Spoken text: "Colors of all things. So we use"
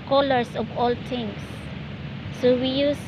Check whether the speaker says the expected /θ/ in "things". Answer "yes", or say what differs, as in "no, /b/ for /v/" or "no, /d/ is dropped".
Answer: no, /t/ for /θ/